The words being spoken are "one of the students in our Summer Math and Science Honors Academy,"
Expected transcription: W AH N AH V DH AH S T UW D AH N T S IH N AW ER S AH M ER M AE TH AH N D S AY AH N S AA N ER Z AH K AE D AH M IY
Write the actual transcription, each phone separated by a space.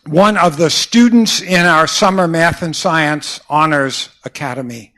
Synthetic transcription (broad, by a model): W AH N AH V DH AH S T UW D N T S IH N AW ER S AH M ER M AE TH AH N S AY AH N S AA N ER Z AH K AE D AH M IY